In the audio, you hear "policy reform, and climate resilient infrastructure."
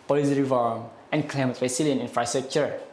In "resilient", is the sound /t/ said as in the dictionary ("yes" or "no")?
no